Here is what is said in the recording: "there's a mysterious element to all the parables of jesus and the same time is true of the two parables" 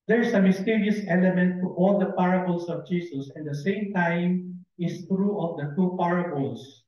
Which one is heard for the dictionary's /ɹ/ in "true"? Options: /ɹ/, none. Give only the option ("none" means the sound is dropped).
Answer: /ɹ/